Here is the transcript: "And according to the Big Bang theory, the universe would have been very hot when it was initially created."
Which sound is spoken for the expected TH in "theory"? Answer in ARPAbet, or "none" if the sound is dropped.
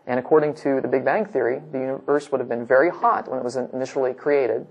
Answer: TH